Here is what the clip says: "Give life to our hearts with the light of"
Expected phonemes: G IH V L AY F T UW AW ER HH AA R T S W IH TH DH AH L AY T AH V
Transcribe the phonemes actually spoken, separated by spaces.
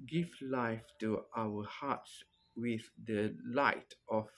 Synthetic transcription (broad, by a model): G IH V L AY F T UW AW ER HH AA T S W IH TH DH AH L AY T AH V